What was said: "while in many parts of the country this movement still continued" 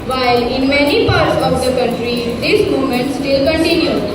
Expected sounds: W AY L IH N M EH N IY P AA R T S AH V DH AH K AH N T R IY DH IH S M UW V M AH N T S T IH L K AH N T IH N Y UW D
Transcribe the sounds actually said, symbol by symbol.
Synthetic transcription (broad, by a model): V AY L IH N M EH N IY P AA R T S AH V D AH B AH T R IY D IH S M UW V M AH N T S T IH L K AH N T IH N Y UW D